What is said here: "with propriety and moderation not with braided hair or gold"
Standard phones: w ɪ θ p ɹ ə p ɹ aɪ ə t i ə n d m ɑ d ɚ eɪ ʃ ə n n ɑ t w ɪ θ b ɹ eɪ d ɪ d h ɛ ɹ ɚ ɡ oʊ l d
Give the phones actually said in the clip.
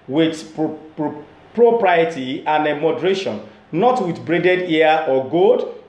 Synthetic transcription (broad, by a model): w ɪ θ p ɹ ə p ɹ aɪ ə t i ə n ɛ m ɑ d ɚ eɪ ʃ ə n n ɑ t w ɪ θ b ɹ eɪ d ɪ d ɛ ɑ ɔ ɡ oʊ d